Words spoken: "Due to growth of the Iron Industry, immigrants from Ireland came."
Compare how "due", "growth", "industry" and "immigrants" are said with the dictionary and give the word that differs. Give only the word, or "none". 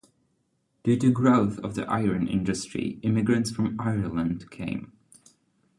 none